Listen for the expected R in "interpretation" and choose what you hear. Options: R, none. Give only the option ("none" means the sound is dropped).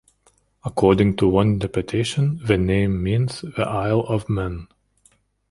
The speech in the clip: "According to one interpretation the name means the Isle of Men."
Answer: none